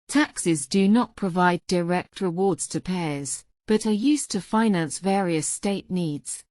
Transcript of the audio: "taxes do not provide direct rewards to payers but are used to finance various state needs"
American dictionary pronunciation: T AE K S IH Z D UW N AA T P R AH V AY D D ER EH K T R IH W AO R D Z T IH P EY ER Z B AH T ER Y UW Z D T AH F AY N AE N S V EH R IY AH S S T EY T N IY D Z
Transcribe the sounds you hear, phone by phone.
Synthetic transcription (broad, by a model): T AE K S IH Z D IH N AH T P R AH V AY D D ER EH K T R IH W AO R D Z T IH P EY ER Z B AH T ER Y UW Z T AH F AY N AE N S V EH R IY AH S S T EY T N IY D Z